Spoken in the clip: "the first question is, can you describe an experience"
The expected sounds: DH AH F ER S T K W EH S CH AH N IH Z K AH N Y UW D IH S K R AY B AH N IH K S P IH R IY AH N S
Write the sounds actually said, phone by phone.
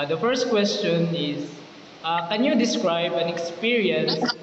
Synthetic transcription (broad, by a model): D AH F ER S T K W EH S CH AH N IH S K AH N Y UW D IH S K R AY B AH N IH K S P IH R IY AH N S